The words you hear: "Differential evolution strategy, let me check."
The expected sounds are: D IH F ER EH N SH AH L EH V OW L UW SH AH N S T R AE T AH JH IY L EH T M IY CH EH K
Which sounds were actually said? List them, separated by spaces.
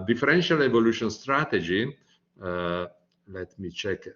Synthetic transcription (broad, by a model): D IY F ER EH N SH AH L EH V OW L UW SH AH N S T R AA T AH JH IY L EH T M IY CH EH K